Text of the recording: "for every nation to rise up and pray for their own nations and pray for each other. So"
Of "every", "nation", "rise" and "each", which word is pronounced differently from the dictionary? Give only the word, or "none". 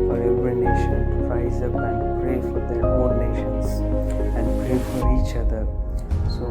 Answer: none